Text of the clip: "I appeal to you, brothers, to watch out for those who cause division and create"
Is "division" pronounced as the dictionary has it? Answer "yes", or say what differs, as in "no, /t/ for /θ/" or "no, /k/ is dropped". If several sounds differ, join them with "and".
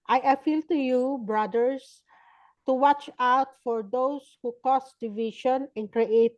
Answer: no, /ʃ/ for /ʒ/